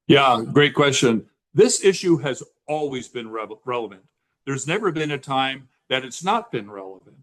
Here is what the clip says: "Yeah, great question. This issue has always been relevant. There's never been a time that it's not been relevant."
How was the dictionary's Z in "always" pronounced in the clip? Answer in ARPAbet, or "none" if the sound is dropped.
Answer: Z